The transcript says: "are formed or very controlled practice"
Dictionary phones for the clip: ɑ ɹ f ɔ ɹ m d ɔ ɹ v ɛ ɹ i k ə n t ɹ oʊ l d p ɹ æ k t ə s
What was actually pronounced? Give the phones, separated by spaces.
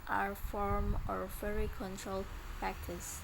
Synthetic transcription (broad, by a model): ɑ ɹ f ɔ ɹ m ɔ ɹ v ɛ ɹ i k ə n t ɹ oʊ l d p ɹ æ k t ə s